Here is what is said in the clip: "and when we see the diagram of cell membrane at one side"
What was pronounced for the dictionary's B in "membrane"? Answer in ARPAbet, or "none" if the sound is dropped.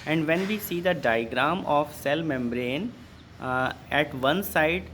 B